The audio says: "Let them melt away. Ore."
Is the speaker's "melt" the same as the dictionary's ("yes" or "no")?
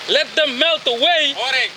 yes